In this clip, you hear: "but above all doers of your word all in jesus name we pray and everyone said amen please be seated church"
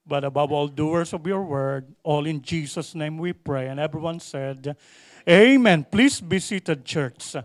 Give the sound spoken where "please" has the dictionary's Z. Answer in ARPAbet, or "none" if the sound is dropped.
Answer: S